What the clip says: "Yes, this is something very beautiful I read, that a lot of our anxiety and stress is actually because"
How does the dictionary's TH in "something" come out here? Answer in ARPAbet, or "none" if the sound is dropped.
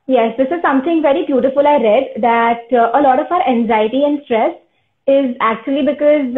T